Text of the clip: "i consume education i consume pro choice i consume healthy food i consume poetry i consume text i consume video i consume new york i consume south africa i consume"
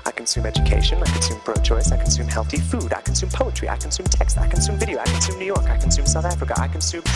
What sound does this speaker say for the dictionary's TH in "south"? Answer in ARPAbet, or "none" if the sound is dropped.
TH